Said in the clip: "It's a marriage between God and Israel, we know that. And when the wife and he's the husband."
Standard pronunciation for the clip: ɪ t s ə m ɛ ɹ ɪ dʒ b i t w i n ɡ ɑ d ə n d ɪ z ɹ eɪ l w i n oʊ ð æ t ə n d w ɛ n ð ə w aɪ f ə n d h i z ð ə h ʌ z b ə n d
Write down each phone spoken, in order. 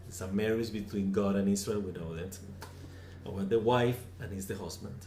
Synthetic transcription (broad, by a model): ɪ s ə m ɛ ɹ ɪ z b i t w i n ɡ ɑ d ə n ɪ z ɹ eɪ l w i n oʊ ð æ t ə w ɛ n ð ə w aɪ f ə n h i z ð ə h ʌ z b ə n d